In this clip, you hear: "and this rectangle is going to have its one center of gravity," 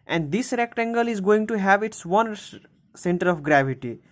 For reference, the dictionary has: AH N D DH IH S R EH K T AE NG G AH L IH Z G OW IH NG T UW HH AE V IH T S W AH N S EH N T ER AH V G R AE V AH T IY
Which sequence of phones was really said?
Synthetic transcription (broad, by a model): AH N D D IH S R EH K T AE NG G AH L IH Z G OW IH NG T UW HH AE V IH T S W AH N S EH N T ER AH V G R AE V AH T IY